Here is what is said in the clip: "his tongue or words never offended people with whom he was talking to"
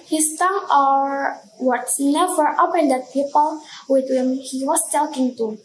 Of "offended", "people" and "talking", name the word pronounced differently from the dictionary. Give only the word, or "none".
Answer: offended